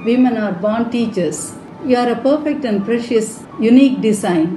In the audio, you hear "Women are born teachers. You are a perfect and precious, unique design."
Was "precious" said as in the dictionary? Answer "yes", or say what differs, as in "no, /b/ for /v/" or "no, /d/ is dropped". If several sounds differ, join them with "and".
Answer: yes